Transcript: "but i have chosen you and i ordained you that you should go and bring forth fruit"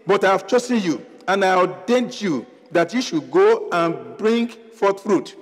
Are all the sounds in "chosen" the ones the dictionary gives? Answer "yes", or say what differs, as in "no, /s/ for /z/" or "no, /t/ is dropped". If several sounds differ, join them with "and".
no, /s/ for /z/